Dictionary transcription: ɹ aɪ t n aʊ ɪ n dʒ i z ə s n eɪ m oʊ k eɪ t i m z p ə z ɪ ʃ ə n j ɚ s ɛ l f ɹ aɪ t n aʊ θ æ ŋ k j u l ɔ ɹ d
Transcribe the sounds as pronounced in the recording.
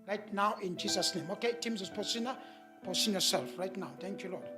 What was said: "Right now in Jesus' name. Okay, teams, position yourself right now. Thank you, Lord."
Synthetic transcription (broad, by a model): ɹ aɪ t n aʊ ɪ n dʒ i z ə s n eɪ m oʊ k eɪ t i m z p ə s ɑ s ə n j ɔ s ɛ l f ɹ aɪ t n aʊ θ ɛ ŋ k j u l ɔ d